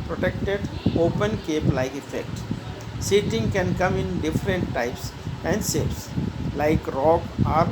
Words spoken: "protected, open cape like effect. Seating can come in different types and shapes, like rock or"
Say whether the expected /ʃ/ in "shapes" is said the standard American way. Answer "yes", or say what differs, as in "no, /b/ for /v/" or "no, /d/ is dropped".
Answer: no, /s/ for /ʃ/